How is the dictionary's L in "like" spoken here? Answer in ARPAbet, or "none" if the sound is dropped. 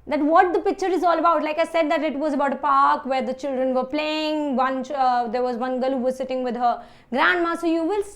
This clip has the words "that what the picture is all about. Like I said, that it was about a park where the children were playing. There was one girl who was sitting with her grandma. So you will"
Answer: L